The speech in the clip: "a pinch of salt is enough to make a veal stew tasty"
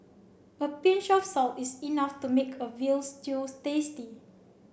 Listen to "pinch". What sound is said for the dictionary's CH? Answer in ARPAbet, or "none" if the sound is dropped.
SH